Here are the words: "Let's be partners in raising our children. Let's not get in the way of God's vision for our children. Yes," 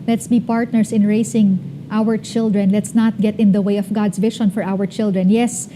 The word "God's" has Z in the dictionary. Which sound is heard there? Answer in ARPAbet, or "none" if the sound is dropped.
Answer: S